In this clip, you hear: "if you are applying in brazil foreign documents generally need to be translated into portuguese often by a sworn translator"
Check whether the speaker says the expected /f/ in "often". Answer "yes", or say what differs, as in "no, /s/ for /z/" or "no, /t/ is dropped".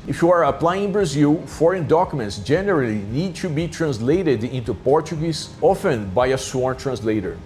yes